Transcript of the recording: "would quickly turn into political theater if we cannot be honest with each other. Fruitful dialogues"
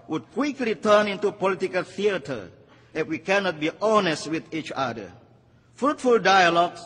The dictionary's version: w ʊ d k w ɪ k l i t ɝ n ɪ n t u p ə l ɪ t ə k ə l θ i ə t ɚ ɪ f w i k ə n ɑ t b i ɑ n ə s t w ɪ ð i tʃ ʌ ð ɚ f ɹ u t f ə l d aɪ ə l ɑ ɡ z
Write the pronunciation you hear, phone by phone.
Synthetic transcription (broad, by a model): w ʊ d k w ɪ k l i t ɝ n ɪ n t u p ə l ɪ t ə k ə l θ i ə t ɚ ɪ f w i k ə n ɑ t b i ɑ n ə s t w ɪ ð i tʃ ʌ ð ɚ f ɹ u t f ə l d aɪ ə l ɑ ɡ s